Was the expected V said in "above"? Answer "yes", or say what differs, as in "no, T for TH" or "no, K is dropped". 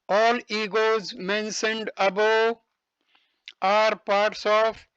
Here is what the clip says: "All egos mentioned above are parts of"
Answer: no, V is dropped